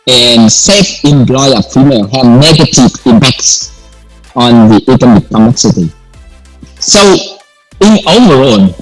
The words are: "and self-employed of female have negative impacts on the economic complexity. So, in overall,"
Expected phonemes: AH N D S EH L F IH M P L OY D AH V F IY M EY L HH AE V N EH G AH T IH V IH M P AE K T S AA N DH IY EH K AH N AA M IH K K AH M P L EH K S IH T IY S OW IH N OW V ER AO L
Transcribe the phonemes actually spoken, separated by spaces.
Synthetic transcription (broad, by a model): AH N S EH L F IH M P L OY AH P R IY M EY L HH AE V N EH G AH T IH V IH M P AE K T S AA N DH IY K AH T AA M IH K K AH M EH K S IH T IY S OW IH N OW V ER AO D